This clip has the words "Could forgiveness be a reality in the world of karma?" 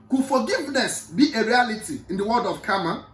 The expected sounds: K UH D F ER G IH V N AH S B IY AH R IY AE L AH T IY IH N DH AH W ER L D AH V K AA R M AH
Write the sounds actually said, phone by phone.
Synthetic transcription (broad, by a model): K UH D F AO G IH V N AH S B IY AH R IY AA L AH T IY IH N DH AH W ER D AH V K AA M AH